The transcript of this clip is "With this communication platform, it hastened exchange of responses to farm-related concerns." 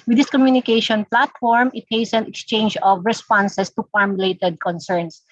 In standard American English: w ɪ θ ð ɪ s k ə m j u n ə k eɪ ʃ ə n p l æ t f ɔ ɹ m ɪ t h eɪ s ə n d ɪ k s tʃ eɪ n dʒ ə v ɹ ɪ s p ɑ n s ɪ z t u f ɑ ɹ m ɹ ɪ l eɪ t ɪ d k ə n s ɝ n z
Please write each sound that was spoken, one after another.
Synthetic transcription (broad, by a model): w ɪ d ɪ s k ə m j u n ə k eɪ ʃ ə n p l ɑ t f ɔ ɹ m ɪ t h eɪ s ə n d ɪ k s tʃ eɪ n dʒ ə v ɹ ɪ s p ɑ n s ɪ s t u f ɑ ɹ m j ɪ l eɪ t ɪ d k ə n s ɝ n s